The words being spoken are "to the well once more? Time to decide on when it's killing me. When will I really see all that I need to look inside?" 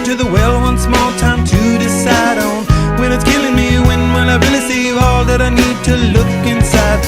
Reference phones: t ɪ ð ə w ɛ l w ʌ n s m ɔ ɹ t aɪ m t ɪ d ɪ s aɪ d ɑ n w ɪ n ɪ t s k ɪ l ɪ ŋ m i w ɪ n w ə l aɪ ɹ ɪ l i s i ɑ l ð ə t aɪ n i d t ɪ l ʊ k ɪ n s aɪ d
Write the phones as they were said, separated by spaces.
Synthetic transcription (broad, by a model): t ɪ ð ə w ɛ l w ʌ n s m ɔ l t aɪ m t ɪ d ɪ s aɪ d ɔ n w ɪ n ɪ t s k ɪ l ɪ ŋ m i w ɪ n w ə n aɪ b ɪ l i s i ɑ l ð ə t aɪ n i d t ɪ l ʊ k ɪ n s aɪ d